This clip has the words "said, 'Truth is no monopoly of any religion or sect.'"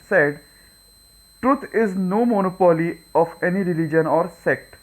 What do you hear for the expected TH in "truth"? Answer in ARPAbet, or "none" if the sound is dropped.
T